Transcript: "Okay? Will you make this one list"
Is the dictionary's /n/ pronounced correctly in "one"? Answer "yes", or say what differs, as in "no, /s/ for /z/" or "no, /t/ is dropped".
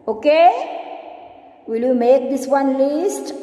yes